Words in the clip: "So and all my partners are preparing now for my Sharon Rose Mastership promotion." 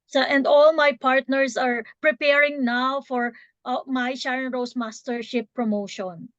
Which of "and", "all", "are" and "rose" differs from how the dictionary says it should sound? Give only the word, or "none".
rose